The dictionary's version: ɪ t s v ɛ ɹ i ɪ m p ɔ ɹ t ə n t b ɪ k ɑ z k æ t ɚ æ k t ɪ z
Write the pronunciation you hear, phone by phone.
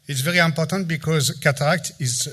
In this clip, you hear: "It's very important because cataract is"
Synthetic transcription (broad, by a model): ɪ t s v ɛ ɹ i ɪ m p ɔ ɹ t ə n t b ɪ k ɑ z k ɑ t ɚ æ k t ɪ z